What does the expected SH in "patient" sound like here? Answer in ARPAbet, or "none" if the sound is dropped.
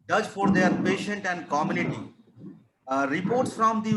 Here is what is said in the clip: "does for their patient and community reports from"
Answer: SH